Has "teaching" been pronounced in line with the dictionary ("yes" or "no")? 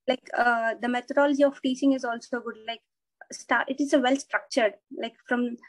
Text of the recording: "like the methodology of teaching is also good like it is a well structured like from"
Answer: no